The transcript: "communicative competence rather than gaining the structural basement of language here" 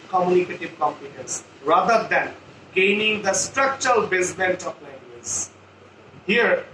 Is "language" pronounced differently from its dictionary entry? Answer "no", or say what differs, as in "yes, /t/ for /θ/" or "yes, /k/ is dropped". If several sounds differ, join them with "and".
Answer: yes, /z/ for /dʒ/